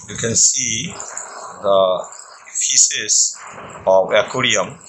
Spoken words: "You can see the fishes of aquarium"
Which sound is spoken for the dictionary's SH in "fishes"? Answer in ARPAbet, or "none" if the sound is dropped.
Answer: S